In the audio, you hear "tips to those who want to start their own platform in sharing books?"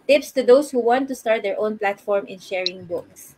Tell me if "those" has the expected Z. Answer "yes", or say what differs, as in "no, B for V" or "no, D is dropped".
no, S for Z